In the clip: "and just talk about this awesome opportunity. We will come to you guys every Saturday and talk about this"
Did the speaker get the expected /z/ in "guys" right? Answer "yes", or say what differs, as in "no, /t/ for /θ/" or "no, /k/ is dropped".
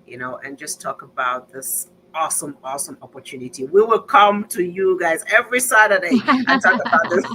yes